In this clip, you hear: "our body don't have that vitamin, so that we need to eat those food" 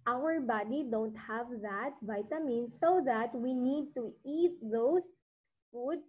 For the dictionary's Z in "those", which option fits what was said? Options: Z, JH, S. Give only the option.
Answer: S